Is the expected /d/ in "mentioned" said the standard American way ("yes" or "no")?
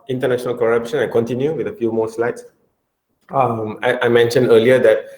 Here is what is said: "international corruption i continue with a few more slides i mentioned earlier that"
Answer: yes